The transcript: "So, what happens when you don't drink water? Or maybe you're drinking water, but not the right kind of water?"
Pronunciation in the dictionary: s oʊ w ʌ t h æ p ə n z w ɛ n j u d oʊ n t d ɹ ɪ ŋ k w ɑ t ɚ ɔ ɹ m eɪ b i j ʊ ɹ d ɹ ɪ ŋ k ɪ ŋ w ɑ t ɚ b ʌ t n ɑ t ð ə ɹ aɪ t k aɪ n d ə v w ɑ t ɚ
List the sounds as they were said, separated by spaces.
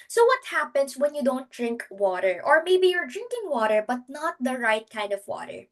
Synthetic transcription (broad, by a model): s oʊ w ʌ t h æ p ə n s w ɛ n j u d oʊ n t d ɹ ɪ ŋ k w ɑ t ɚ ɔ ɹ m eɪ b i j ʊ ɹ d ɹ ɪ ŋ k ɪ ŋ w ɑ t ɚ b ʌ t n ɑ t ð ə ɹ aɪ t k aɪ n d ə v w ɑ t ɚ